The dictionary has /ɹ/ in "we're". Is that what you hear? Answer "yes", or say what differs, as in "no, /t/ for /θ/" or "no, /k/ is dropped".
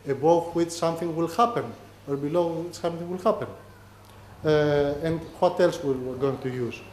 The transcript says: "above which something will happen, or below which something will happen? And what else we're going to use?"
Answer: no, /w/ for /ɹ/